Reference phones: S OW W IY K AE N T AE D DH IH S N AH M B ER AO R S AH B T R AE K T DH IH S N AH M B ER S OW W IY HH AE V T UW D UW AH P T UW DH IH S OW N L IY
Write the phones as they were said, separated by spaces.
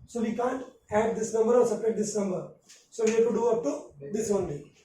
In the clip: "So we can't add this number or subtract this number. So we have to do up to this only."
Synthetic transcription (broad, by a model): S OW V IY K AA N T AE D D IH S N AH M B ER AO R S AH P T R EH T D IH S N AH M B ER S OW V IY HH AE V T UW D UW AH P T UW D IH S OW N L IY